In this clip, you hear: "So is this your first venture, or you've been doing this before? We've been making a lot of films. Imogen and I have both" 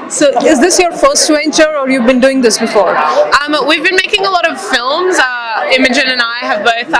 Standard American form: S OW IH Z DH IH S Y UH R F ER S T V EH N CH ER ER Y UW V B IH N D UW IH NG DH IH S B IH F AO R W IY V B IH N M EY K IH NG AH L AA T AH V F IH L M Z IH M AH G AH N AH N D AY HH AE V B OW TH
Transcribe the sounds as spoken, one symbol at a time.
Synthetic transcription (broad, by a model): S OW IH Z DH IH S Y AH R F ER S T W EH N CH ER ER Y UW V B IH N D UW IH NG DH IH S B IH F AO R W IY V B IH N M EY K IH NG AH L AA T AH V F IH L M Z IH M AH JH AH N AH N AY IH V B OW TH